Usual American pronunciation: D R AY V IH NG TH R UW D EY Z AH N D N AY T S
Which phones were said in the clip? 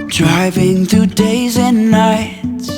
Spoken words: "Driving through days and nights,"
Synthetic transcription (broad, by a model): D R AY V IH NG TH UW D EY Z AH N N AY T S